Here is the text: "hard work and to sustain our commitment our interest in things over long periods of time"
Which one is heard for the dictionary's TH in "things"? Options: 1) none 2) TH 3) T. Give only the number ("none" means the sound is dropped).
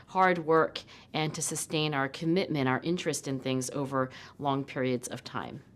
2